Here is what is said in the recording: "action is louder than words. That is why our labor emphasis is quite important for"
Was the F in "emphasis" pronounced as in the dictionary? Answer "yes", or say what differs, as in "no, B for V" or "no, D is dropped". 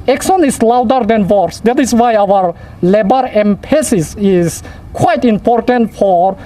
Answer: no, P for F